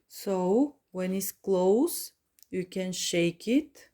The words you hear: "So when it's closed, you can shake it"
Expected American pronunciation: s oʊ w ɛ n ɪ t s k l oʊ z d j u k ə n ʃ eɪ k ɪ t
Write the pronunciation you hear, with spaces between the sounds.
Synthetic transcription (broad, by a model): s oʊ w ɛ n ɪ t s k l oʊ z j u k ə n ʃ eɪ k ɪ t